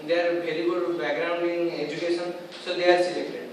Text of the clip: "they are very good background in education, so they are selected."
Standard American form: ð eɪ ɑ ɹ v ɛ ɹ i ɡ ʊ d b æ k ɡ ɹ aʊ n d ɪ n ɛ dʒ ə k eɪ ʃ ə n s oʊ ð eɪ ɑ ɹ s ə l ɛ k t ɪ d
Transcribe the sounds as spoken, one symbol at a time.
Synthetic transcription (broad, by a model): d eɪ ɑ ɹ b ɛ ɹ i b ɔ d b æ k ɡ ɹ aʊ n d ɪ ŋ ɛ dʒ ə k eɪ s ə n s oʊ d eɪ ɑ ɹ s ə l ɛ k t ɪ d